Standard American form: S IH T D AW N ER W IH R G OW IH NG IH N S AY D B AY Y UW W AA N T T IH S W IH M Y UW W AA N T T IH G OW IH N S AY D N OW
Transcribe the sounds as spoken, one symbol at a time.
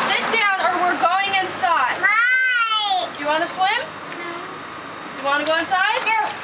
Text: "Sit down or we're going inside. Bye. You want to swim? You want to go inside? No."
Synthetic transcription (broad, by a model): S IH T D AW N ER W IH R G OW IH NG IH N S AY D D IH Y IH W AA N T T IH S W IH M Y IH W AA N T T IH G OW IH N S AY D